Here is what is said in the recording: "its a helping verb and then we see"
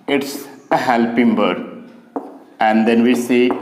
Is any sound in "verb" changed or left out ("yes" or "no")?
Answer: yes